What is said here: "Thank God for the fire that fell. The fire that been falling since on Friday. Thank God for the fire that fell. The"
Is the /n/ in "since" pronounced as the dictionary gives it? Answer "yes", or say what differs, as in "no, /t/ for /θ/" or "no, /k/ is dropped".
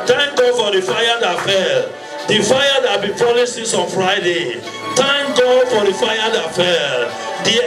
no, /n/ is dropped